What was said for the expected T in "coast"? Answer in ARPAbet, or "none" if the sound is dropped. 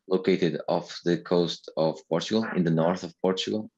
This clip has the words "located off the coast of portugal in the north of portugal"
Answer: T